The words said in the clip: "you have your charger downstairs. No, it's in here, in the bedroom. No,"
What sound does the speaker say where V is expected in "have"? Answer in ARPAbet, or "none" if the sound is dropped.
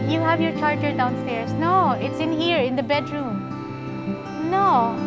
V